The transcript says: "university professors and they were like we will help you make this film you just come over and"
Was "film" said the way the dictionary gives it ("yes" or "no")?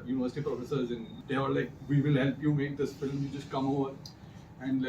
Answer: yes